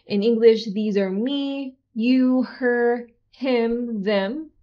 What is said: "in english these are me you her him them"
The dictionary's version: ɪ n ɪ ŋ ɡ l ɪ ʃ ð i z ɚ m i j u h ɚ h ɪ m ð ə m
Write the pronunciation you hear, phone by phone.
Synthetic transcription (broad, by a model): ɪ n ɪ ŋ ɡ l ɪ ʃ ð i z ɚ m i j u h ɚ h ɪ m ð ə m